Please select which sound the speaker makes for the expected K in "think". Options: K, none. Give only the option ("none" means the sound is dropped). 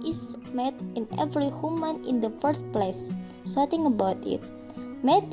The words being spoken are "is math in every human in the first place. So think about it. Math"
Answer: none